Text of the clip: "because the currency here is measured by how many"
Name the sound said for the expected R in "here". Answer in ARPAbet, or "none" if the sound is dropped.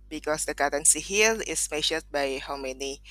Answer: L